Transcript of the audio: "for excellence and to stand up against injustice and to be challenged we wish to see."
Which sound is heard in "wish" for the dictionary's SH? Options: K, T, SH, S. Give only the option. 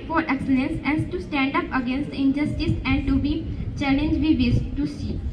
S